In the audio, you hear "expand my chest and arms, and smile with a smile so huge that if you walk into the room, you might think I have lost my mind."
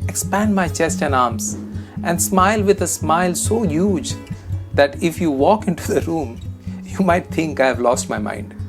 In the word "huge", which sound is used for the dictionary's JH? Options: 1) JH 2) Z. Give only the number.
1